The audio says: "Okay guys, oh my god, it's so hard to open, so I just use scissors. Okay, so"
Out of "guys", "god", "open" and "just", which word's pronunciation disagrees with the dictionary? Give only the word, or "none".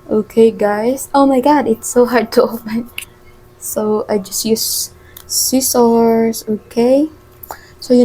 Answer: guys